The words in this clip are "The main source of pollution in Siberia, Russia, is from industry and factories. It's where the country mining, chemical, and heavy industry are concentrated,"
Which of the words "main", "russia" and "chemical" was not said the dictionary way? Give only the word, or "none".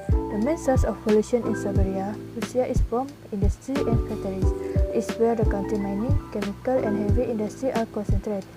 russia